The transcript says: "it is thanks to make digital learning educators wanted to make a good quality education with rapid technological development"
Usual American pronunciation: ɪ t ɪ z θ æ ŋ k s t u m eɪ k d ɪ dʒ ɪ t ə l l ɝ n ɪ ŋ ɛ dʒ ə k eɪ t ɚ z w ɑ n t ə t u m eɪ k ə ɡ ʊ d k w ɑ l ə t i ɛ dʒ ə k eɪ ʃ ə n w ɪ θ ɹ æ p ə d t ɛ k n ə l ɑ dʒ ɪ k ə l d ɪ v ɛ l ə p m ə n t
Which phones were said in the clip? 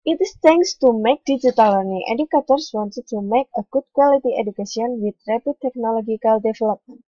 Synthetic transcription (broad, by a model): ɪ t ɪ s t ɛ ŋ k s t u m eɪ k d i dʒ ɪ t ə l l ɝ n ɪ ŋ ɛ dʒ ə k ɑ t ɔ s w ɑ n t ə t u m eɪ k ə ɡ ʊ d k w ɑ l ə t i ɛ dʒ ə k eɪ s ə n w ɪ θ ɹ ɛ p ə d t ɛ k n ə l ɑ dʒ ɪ k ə l d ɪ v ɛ l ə p m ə n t